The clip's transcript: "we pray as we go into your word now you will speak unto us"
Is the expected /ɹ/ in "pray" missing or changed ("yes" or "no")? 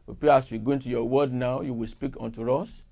yes